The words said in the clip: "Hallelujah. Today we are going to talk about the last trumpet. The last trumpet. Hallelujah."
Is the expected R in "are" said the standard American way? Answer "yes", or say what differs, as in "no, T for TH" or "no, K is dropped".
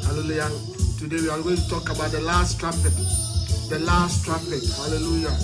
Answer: no, L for R